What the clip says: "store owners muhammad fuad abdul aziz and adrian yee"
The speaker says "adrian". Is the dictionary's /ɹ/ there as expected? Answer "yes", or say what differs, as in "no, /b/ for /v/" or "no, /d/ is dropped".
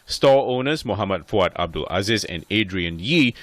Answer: yes